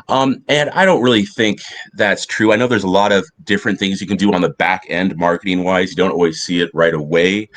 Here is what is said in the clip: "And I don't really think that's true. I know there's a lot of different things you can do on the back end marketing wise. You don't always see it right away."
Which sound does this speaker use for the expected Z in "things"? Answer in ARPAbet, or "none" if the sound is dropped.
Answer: Z